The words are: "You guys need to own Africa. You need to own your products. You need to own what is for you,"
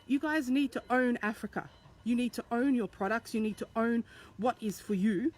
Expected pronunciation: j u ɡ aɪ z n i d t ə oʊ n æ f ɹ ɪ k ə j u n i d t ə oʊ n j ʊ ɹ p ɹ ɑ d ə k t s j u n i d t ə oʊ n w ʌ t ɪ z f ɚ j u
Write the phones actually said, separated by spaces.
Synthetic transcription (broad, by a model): j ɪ ɡ aɪ z n i d t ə oʊ n æ f ɹ ɪ k ə j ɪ n i d t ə oʊ n j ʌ ɹ p ɹ ɑ d ə k t s j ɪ n i d t ə oʊ n w ʌ t ɪ z f ɚ j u